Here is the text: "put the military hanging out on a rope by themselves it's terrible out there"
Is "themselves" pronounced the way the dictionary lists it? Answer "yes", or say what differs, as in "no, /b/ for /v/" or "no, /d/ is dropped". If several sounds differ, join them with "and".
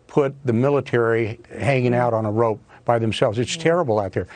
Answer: yes